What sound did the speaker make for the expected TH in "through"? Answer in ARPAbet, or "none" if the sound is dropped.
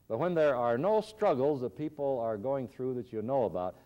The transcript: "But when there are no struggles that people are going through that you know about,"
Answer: TH